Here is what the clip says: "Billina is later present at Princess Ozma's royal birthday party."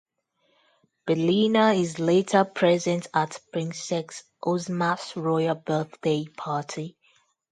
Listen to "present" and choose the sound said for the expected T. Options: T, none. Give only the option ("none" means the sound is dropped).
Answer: T